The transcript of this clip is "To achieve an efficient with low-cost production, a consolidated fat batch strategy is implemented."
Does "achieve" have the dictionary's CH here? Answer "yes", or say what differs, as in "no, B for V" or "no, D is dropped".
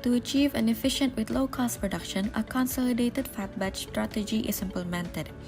yes